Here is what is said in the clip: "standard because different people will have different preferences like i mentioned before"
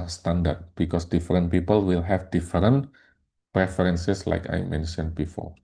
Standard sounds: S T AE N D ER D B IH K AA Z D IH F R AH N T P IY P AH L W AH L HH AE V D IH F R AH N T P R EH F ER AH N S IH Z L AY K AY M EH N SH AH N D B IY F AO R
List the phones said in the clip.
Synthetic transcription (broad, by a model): S T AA N D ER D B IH K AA S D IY F R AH N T P IY P AH L W AH L HH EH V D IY F R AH N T P R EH F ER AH N S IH S L AY K AY M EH N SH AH N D B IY F AO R